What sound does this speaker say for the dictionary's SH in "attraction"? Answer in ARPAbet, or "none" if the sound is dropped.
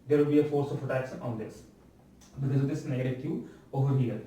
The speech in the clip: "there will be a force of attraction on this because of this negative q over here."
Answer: S